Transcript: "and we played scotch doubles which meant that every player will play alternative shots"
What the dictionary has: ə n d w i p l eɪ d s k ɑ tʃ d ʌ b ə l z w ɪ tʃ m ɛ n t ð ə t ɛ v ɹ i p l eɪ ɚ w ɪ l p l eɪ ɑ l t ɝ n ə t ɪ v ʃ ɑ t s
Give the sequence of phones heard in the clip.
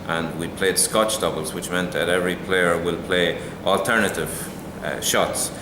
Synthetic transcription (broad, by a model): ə n w i p l eɪ d s k ɑ tʃ d ʌ b ə l z w ɪ tʃ m ɛ n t ð ə t ɛ v ɹ i p l eɪ ɚ w ɪ l p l eɪ ɑ l t ɝ n ə t ɪ v ʃ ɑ t s